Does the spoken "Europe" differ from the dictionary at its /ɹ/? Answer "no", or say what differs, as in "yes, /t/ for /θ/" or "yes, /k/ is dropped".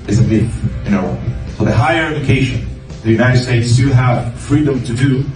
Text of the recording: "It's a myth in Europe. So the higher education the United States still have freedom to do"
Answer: yes, /ɹ/ is dropped